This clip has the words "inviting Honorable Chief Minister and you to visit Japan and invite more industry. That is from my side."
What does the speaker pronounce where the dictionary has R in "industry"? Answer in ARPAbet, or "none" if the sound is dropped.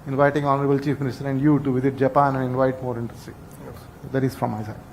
none